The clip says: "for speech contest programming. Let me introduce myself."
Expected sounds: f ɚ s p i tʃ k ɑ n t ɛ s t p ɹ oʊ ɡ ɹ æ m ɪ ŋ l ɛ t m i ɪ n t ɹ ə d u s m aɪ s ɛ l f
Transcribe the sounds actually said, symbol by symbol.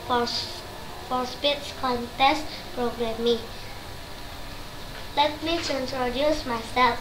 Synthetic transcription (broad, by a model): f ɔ s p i s k ɑ n t ɛ s t p ɹ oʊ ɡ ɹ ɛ m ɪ l ɛ t m i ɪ n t ɹ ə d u s m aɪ s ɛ l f